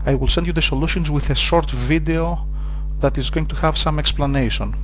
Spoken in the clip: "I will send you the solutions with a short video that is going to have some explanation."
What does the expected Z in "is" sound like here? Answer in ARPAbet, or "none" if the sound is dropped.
Z